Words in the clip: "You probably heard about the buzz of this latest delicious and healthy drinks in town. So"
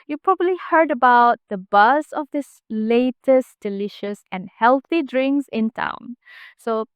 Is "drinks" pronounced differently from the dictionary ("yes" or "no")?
yes